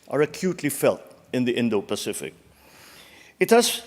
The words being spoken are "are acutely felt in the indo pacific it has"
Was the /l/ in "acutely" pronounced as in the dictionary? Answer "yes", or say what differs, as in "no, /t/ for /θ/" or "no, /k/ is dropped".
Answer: yes